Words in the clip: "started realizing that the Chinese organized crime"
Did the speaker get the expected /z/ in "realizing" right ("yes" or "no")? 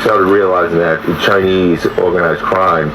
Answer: yes